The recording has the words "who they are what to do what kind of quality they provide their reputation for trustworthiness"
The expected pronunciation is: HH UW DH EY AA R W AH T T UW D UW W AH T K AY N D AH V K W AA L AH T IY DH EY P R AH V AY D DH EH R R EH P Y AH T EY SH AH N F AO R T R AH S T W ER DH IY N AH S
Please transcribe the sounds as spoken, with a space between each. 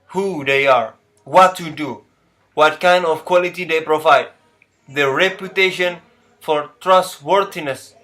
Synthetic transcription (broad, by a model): HH UW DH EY AA R W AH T T UW D UW W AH T K AY N D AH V K W AA L AH T IY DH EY P R AH V AY D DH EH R R EH P Y AH T EY SH AH N F AO R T R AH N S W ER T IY N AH S